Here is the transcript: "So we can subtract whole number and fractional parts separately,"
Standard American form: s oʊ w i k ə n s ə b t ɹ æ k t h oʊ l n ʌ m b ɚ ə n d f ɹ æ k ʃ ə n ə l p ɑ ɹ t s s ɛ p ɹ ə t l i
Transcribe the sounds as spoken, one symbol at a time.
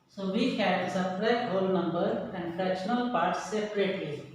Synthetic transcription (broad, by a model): s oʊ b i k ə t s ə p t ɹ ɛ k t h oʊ l n ʌ m b ɚ ə n d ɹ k ə n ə l p ɑ ɹ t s s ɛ p ɹ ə t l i